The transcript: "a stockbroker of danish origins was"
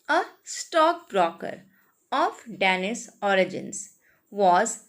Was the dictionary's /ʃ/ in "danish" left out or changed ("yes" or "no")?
yes